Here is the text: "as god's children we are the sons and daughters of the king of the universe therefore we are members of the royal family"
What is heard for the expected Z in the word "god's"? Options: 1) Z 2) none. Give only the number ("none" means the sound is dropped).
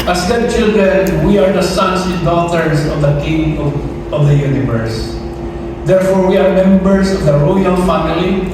2